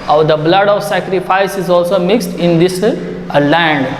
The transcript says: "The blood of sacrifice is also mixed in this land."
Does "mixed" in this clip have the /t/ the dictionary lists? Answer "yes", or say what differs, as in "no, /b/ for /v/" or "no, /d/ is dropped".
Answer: yes